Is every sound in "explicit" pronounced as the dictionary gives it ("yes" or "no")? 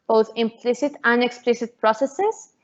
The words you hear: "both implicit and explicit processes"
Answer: yes